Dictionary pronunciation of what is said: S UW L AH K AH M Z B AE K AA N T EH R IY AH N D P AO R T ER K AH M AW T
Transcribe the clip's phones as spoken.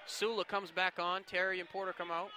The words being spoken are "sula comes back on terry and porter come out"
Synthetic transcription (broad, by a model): S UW L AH K AH M Z B AE K N T EH R IY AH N P AO R T ER K AH M AW T